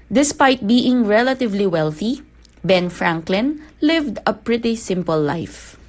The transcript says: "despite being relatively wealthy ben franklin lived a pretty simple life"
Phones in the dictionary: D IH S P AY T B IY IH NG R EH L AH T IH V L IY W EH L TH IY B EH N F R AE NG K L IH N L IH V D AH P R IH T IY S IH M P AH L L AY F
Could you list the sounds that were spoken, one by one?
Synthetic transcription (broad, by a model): D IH S P AY T B IY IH NG R EH L AH T IH V L IY W EH L TH IY B EH N F R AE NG K L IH N L IH V D AH P R IH T IY S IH M P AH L L AY F